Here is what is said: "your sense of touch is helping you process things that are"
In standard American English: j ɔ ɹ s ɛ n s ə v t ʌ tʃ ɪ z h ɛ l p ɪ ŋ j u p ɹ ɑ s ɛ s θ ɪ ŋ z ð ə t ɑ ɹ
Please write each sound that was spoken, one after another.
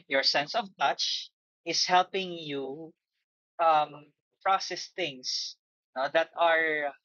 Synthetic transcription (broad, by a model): j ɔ ɹ s ɛ n s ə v t ʌ tʃ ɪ s h ɛ l p ɪ ŋ j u p ɹ ɑ s ɛ s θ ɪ ŋ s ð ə t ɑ ɹ